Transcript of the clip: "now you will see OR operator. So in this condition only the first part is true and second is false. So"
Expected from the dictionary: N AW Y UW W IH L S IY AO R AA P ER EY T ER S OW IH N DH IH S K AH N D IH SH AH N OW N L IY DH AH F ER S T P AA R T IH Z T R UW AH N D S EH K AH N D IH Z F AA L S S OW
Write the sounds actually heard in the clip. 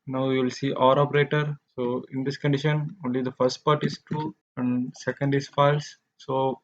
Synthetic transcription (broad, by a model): N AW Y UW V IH L S IY AO R AA P ER EY T ER S OW IH N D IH S K AH N D IH SH AH N OW N L IY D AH F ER S T P AA R T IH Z T UW AH N D S EH K AH N D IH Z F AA L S S OW